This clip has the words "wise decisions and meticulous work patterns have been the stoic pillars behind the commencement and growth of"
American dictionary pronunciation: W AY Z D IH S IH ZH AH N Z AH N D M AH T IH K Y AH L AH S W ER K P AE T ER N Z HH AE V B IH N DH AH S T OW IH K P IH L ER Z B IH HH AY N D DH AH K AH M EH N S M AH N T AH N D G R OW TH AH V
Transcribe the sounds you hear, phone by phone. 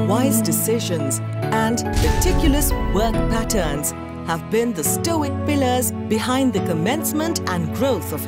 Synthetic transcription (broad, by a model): W AY Z D IH S IH ZH AH N Z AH N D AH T IH K Y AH L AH S W ER K P AE T ER N Z HH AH V B IH N DH AH S T OW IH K P IH L ER Z B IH HH AY N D DH AH K AH M EH N S M AH N T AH N G R OW TH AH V